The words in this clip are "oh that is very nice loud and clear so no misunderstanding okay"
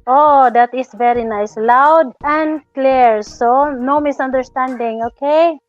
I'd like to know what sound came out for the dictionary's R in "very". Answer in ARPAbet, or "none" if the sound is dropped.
R